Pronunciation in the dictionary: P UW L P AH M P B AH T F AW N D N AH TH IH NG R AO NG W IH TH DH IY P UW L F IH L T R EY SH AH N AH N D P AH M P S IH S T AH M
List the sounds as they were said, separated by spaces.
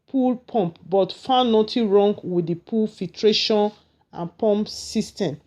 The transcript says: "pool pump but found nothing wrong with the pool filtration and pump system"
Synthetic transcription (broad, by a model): P UW L P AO M P B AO T F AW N N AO T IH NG R AO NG W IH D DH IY P UW L F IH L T R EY SH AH N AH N P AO M P S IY S T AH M